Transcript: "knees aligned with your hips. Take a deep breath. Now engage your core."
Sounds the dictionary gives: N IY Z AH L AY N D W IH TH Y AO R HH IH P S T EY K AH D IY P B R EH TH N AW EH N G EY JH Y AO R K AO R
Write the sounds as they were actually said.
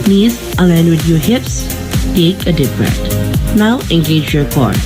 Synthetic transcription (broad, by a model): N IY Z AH L AY N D W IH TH Y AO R HH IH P S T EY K AH D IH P R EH T N AW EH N G EY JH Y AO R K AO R